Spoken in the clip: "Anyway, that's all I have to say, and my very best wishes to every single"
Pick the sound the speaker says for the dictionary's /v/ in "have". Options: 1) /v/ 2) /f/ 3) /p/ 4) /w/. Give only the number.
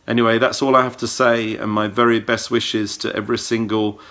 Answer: 2